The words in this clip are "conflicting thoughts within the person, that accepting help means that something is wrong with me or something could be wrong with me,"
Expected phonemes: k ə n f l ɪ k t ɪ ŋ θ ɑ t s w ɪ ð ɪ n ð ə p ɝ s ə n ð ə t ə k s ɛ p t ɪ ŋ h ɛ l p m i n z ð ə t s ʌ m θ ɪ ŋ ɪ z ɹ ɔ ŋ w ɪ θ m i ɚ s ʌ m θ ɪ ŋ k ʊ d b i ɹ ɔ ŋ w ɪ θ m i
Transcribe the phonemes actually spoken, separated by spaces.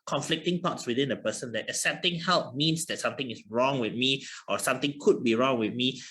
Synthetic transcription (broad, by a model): k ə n f l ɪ k t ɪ ŋ t ɑ t s w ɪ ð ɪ n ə p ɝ s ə n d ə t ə s ɛ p t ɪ ŋ h ɛ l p m i n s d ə t s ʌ m t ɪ ŋ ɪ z ɹ ɔ ŋ w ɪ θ m i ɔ s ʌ m t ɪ ŋ k ʊ d b i ɹ ɔ ŋ w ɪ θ m i